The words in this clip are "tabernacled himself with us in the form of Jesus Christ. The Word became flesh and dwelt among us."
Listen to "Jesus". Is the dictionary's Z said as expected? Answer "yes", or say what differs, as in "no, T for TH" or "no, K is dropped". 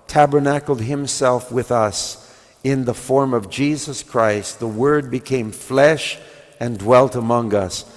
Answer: yes